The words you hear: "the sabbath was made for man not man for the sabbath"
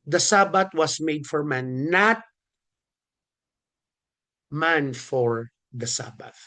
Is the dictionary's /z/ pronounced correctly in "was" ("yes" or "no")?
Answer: no